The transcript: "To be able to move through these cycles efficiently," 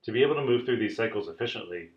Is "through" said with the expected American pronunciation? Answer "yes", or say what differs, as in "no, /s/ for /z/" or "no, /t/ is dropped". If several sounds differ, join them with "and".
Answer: yes